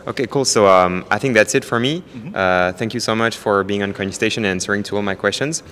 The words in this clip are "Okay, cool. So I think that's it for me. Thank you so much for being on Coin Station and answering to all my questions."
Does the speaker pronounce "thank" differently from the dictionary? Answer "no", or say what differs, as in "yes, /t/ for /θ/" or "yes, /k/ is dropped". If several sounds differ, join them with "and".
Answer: no